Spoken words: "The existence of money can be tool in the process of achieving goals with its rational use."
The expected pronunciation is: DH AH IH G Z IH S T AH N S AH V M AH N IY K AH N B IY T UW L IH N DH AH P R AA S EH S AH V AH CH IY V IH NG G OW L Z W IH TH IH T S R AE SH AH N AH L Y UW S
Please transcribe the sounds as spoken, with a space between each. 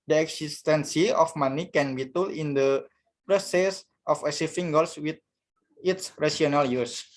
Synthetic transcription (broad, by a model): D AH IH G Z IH S T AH N S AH F M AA N IY K AH N B IY T UW L IH N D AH P R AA S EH S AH F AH S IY F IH NG G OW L S W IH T IH T S R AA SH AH N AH L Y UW S